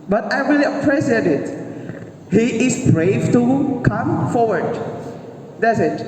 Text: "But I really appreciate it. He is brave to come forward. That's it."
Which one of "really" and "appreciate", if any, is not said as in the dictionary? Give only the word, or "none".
appreciate